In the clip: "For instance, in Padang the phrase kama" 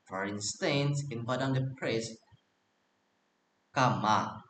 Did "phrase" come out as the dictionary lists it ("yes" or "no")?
no